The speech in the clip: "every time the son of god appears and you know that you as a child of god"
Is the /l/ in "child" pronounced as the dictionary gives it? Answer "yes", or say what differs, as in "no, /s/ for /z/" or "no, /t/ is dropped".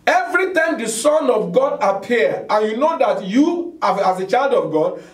yes